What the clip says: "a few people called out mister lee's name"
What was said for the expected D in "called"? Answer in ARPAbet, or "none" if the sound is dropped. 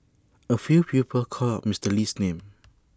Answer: none